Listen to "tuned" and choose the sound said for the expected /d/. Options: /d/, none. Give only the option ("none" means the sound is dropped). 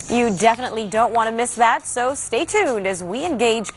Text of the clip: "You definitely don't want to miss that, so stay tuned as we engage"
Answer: /d/